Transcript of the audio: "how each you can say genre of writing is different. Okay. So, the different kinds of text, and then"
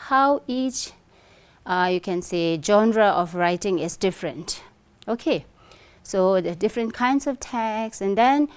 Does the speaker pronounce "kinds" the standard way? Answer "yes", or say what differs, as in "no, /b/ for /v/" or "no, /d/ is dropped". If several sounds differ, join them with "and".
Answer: no, /s/ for /z/